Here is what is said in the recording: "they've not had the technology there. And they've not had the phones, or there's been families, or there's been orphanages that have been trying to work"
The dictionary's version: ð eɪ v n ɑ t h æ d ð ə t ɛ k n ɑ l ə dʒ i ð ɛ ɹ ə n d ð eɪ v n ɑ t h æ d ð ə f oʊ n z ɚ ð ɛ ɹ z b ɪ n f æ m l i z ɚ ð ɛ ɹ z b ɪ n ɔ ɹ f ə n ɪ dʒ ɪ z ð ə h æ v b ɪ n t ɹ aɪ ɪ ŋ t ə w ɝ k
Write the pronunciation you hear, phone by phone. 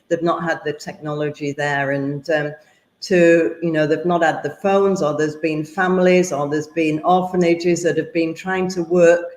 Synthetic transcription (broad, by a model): ð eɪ v n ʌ t h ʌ d ð ə t ɛ k n ɑ l ə dʒ i ð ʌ ɹ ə n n ð eɪ v n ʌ t h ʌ d ð ə f oʊ n z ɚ ð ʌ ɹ z b ɪ n f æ m l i z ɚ ð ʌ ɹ z b ɪ n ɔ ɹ f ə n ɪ dʒ ɪ z ð ə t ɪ v b ɪ n t ɹ aɪ ɪ ŋ t ə w ɝ k